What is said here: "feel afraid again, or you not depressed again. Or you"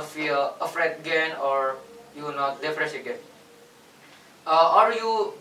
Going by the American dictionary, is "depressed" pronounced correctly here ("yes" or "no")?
no